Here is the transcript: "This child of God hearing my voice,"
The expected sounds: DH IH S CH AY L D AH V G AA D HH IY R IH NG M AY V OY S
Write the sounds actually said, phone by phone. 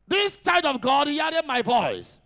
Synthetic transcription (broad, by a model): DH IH S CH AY D AH V G AA D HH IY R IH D M AY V OY S